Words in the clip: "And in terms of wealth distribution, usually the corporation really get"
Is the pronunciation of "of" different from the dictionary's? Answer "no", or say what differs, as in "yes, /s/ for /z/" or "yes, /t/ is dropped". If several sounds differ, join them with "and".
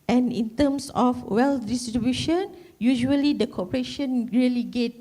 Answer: yes, /f/ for /v/